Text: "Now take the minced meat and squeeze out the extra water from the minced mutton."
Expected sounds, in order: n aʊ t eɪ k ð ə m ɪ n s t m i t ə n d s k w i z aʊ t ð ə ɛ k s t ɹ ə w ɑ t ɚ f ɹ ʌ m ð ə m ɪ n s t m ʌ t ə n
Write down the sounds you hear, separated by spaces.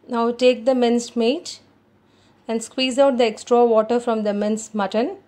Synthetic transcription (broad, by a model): n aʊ t eɪ k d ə m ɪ n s m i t ə n d s k w i z aʊ t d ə ɛ k s t ɹ ə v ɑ t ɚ f ɹ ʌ m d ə m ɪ n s m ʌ t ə n